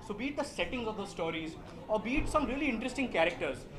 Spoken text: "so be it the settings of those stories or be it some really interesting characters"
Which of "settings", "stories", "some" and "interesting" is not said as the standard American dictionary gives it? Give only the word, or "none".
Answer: none